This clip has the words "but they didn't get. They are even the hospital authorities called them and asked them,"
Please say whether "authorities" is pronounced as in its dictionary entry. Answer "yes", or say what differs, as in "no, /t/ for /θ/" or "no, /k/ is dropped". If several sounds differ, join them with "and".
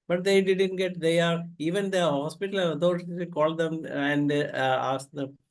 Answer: no, /z/ is dropped